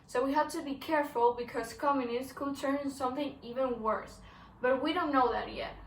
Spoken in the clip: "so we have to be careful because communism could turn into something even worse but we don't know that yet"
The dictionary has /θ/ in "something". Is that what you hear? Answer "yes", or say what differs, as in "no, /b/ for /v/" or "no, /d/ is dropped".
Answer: yes